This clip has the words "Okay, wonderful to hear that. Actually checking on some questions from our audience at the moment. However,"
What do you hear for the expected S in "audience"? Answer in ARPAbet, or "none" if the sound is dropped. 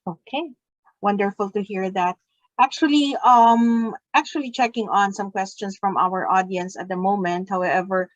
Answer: S